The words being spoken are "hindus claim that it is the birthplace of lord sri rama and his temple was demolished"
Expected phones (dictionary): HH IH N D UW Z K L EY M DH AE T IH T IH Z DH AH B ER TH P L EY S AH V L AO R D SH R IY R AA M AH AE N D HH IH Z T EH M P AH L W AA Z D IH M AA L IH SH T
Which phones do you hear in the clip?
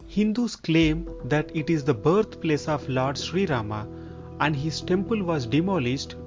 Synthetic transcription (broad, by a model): HH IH N D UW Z K L EY M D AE T IH T IH Z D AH B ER T P L EY S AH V L AO R D SH R IY R AA M AH AE N D HH IH Z T EH M P AH L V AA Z D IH M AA L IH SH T